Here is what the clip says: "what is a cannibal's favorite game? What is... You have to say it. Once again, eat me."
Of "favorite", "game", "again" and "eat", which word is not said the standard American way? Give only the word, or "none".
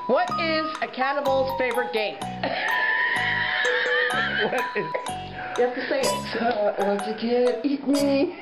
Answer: again